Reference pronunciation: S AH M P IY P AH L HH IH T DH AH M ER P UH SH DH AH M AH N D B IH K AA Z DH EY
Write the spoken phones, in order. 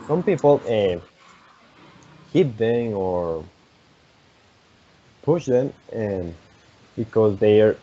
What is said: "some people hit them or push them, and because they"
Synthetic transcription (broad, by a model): S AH M P IY P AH N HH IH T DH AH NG ER P UH SH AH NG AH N B IH K AA Z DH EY